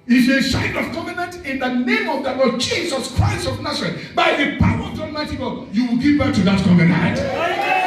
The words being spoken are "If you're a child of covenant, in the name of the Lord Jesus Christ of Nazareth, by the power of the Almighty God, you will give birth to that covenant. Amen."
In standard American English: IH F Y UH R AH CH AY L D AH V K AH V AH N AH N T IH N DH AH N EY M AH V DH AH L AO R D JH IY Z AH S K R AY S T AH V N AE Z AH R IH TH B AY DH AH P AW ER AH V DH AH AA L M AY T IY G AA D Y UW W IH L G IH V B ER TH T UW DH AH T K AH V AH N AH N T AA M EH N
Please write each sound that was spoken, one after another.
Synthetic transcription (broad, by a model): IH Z AH S AY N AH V K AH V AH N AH N T IH N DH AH N EY M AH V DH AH L AO D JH IY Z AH S K R AY S T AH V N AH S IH B AY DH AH P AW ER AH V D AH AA M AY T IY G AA Y UW W IH L G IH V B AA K T UW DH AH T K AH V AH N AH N T